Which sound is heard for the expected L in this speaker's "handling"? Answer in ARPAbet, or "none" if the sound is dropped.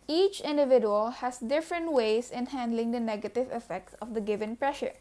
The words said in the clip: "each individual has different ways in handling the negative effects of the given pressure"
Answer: L